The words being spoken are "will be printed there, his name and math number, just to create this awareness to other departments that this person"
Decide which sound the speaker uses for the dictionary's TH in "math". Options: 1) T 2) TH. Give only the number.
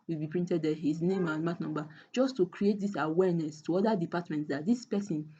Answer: 1